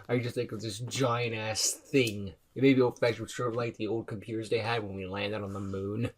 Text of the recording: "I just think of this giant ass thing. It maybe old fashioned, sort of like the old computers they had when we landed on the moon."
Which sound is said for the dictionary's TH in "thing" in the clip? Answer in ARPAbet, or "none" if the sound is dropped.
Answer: TH